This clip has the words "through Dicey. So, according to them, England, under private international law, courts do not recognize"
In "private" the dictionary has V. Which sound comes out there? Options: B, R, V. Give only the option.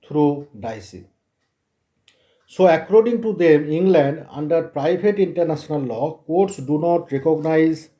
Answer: B